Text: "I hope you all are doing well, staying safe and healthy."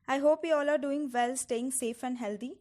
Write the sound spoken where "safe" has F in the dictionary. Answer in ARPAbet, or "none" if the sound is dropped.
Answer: F